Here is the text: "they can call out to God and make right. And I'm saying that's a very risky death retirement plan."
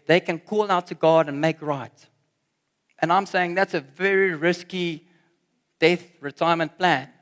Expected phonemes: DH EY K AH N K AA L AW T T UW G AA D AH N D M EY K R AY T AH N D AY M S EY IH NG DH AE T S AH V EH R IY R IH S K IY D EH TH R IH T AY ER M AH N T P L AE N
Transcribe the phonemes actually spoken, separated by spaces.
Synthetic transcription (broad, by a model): DH EY K AH N K AA L AW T T UW G AA D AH N M EY K R AY T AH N AY M S EY IH NG DH AE T S AH V EH R IY R IH S K IY D EH TH R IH T AY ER M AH N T P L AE N